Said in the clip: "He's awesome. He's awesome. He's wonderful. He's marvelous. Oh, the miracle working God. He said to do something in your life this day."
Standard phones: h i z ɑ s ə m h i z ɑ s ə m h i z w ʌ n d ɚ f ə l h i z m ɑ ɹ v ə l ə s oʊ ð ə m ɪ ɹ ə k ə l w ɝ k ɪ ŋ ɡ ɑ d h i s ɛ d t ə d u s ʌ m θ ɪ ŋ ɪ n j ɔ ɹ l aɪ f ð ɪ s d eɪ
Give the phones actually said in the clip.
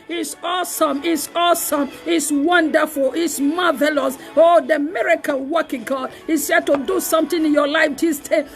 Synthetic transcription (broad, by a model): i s ɑ s ə m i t ɑ s ə m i s w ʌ n d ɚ f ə l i s m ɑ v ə l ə s oʊ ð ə m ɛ ɹ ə k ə n w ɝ k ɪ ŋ ɡ ɑ d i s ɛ t ə d u s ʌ m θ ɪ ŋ ɪ n j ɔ l aɪ f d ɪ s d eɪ